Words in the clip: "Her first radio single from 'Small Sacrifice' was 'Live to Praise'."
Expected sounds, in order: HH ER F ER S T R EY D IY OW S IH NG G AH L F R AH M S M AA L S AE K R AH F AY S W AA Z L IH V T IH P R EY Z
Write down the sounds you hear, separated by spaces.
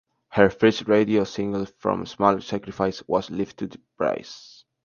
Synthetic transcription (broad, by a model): HH ER F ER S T R EY D IY OW S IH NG G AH L F R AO M S M AA L S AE K R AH F AY S W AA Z L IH F T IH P R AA S